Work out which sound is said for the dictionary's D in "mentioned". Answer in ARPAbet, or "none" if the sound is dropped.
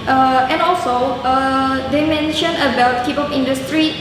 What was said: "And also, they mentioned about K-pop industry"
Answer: none